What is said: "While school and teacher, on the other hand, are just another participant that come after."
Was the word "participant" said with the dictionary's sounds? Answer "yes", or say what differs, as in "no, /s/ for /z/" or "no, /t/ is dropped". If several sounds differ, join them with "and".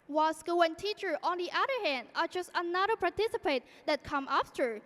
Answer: no, /n/ is dropped